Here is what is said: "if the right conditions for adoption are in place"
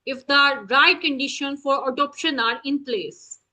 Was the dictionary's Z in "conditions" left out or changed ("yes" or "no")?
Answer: yes